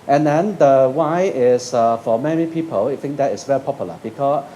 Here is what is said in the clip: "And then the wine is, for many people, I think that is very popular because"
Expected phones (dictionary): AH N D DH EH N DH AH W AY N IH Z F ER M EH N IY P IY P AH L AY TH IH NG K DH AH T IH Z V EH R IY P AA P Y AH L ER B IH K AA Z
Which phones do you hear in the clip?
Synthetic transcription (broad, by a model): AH N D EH N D AH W AY IH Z F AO M EH N IY P IY P AH L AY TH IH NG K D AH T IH S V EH R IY P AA P Y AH L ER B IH K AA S